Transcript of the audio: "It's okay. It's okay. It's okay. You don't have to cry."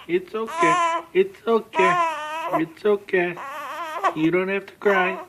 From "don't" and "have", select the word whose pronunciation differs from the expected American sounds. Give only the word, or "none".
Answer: have